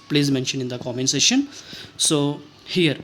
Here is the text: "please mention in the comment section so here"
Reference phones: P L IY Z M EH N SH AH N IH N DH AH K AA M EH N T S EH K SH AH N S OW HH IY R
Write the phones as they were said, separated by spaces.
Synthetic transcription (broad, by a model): P L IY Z M EH N SH AH N IH N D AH K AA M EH N S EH SH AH N S OW HH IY R